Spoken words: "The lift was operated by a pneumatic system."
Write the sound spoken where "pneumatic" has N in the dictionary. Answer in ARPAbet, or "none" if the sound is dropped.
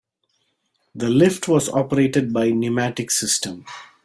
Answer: N